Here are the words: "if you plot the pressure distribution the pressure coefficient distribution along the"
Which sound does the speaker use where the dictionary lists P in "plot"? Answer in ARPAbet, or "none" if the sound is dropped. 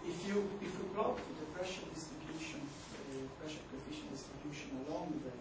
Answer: B